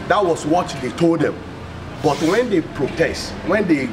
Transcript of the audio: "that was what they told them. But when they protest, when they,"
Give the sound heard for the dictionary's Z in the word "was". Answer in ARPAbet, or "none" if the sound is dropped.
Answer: S